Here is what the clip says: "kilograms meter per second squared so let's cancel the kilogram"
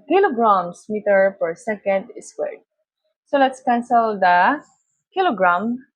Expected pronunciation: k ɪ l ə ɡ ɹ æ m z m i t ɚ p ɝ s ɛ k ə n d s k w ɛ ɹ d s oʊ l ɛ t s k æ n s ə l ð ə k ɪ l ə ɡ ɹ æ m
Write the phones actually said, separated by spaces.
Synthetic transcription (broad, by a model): k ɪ l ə ɡ ɹ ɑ m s m i t ɚ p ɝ s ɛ k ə n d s w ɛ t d s oʊ l ɛ t s k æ n s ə l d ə k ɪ l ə ɡ ɹ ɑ m